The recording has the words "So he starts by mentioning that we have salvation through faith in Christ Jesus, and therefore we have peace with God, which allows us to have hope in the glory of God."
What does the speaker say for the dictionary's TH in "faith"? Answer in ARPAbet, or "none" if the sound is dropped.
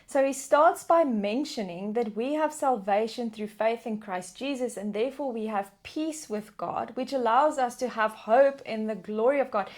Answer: TH